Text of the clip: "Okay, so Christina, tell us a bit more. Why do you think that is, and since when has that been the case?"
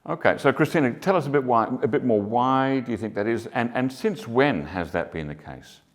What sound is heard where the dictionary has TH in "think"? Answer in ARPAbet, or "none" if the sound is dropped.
TH